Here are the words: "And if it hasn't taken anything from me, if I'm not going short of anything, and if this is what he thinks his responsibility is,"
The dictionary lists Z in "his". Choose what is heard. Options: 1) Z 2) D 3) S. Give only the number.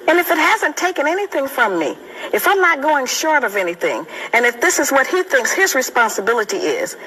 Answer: 1